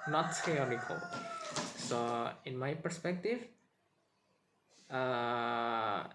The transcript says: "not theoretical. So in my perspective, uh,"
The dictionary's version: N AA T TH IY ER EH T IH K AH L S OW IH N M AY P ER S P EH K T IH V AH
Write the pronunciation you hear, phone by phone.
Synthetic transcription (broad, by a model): N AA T S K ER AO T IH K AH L S OW IH N M AY P ER S P EH K T IH V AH